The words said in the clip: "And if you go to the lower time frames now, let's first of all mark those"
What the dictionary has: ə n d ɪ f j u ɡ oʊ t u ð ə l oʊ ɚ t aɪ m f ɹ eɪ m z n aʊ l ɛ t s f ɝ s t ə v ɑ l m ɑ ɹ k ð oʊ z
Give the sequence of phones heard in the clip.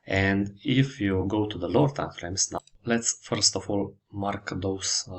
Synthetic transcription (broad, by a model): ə n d ɪ f j u ɡ oʊ t u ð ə l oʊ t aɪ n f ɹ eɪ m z n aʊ l ɛ t s f ɝ s t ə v ɑ l m ɑ ɹ k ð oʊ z